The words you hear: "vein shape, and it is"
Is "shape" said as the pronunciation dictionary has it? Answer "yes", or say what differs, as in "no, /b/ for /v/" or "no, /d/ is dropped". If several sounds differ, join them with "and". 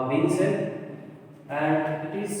no, /s/ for /ʃ/ and /p/ is dropped